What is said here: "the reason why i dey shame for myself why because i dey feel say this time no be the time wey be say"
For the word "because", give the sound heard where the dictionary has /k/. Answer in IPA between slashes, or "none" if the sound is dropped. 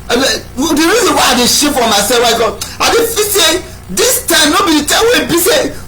none